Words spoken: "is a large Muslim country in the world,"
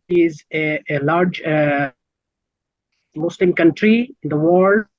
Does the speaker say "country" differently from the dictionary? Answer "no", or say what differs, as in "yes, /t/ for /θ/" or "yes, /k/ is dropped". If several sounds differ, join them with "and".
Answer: no